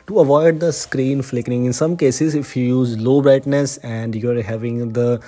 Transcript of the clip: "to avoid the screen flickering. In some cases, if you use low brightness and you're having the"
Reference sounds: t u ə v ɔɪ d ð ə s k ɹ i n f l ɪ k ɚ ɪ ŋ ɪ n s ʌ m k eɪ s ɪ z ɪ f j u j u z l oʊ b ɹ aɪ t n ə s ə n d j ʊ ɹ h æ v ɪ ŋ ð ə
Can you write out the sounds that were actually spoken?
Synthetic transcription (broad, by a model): t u ə v ɔɪ d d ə s k ɹ i n f l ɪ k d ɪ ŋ ɪ n s ʌ m k eɪ s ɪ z ɪ f j u j u z l oʊ b ɹ aɪ t n ə s ə n d j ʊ ɹ h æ v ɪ ŋ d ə